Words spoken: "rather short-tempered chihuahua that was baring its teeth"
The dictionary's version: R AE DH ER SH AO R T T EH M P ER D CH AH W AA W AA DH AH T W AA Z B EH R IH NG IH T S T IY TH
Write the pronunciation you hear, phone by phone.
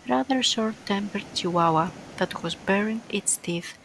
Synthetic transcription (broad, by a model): R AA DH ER S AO R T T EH M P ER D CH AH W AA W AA DH AH T W AA Z B EH R IH NG IH T S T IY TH